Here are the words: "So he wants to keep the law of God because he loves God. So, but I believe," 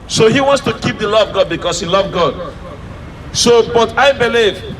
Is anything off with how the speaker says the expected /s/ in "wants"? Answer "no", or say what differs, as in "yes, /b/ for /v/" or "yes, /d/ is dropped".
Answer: no